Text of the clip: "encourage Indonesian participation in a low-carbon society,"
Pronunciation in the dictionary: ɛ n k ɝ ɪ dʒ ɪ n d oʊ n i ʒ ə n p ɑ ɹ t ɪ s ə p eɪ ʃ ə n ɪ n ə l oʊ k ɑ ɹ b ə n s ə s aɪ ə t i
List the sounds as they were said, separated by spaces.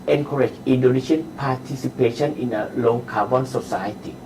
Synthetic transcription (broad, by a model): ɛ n k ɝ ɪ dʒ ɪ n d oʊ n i ʃ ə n p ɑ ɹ t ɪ s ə p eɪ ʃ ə n ɪ n ə l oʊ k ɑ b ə n s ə s aɪ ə t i